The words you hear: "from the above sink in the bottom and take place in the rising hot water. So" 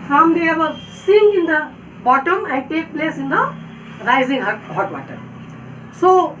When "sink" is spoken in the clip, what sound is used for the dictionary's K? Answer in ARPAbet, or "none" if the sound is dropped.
none